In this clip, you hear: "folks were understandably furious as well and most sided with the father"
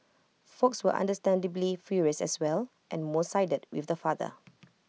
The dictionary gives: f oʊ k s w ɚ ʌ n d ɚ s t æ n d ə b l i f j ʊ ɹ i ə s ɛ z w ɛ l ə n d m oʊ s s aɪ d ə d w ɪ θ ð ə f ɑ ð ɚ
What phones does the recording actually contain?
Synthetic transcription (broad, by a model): f oʊ k s w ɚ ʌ n d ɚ s t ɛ n d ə b l i f j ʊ ɹ i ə s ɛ s w ɛ l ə n m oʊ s s aɪ d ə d w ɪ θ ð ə f ɑ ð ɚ